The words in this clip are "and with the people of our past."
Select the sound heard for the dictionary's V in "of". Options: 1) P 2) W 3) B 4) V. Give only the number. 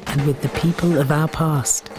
4